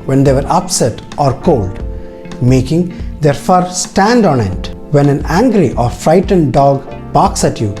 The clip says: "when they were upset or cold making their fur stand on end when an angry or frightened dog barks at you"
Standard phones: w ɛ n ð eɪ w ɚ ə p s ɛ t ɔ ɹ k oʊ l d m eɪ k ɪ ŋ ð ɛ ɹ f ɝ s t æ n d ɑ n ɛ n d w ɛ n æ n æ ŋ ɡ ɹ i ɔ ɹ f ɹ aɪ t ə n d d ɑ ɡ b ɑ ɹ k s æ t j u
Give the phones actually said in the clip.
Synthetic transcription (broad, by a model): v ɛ n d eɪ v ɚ ə p s ɛ t ɔ ɹ k oʊ l d m eɪ k ɪ ŋ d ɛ ɹ f ɝ s t æ n d ɑ n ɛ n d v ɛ n æ n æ ŋ ɡ ɹ i ɔ ɹ f ɹ aɪ t ə n d d ɑ ɡ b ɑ k s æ t j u